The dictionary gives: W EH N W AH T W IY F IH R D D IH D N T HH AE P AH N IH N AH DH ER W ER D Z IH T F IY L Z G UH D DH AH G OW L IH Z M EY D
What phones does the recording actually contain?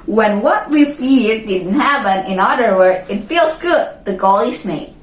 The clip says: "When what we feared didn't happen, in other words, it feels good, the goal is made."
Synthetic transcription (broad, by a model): W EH N W AH T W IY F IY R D D IH D N T HH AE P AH N IH N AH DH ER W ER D IH T F IY L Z G UH D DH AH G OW L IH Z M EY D